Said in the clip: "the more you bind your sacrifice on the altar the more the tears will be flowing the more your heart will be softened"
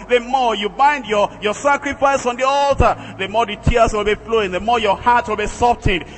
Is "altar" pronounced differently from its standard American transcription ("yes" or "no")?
no